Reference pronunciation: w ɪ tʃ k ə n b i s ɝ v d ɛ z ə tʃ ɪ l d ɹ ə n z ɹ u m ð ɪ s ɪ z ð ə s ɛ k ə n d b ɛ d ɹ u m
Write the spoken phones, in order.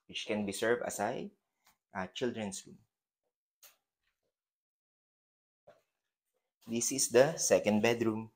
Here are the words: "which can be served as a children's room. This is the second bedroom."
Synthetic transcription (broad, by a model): w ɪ tʃ k ə n b i s ɝ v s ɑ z ə tʃ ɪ l d ɹ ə n s ɹ u m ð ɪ s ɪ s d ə s ɛ k ə n d b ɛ d ɹ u m